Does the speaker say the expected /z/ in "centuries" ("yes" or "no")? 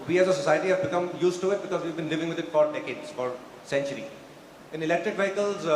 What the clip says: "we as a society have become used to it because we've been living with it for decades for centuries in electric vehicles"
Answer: no